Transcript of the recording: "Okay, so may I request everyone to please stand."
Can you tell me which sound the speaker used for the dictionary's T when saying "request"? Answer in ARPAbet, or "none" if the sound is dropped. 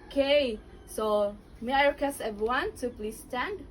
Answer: none